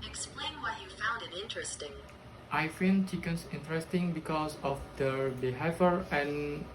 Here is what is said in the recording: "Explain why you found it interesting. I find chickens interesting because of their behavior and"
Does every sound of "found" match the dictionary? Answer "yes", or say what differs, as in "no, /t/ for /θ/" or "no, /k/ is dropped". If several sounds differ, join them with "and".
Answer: yes